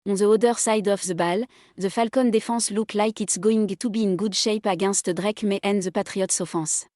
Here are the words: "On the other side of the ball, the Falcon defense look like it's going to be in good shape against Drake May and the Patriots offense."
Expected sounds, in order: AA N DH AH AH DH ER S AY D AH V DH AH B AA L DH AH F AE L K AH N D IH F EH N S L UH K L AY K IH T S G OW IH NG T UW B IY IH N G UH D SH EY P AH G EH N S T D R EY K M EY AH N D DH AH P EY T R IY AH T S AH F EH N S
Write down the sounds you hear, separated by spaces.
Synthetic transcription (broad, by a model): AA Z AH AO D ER S AY D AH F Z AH B AA L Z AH F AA L K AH N D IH F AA S L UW K L AY K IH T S G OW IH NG T UW B IY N G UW D SH EY P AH G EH S T D R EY K M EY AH N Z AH P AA T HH IY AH T S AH F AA S